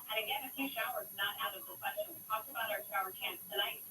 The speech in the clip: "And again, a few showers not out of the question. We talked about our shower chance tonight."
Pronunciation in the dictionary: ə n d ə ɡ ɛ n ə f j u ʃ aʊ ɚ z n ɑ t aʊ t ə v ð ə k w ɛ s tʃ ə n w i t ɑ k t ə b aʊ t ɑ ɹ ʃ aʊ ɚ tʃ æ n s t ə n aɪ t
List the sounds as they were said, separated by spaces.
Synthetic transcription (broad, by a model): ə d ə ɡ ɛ ə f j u ʃ aʊ ɚ z n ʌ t aʊ t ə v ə k w ɛ s tʃ ə n w i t ɑ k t ə b aʊ t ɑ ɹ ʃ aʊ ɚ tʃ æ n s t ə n aɪ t